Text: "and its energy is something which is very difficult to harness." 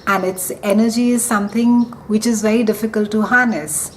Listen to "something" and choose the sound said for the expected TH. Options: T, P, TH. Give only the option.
T